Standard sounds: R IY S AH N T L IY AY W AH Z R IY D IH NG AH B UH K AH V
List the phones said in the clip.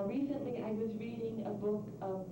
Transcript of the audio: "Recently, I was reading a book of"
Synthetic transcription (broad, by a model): R IY S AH N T L IY AY W AH Z R IY D IH NG AH B UH K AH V